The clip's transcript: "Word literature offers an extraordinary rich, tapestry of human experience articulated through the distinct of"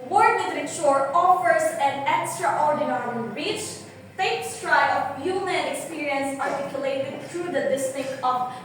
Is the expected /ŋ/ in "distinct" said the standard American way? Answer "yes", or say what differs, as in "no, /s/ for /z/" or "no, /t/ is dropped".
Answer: no, /ŋ/ is dropped